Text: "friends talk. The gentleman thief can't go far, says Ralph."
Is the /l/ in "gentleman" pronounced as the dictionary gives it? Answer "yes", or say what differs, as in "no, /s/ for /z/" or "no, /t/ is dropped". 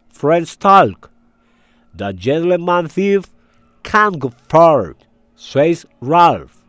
no, /l/ is dropped